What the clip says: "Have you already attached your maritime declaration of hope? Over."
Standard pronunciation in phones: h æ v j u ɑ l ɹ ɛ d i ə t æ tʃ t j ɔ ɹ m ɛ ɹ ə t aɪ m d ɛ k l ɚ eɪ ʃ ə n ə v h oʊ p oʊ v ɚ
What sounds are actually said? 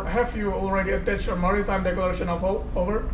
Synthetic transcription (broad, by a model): h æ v j u ɑ l ɹ ɛ d i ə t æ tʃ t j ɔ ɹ m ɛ ɹ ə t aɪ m d ɛ k l ɚ eɪ ʃ ə n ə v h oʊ oʊ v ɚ